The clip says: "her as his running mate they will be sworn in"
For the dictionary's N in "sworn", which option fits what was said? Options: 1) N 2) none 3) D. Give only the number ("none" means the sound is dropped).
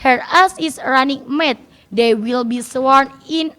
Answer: 1